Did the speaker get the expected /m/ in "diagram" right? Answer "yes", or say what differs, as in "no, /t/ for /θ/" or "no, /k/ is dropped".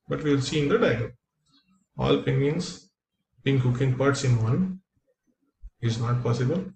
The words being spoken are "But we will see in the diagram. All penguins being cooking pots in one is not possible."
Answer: no, /m/ is dropped